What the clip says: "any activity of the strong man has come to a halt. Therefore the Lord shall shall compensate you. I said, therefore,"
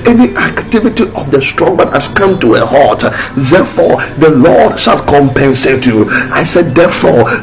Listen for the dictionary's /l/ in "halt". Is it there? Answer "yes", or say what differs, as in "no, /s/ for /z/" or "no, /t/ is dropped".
no, /l/ is dropped